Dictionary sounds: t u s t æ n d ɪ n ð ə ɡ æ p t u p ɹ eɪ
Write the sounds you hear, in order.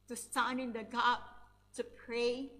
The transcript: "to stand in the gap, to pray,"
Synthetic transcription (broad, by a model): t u s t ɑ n ɪ n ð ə ɡ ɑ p t u p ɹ eɪ